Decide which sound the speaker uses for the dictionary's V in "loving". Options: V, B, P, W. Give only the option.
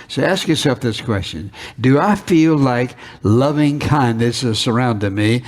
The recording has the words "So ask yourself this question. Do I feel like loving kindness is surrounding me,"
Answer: V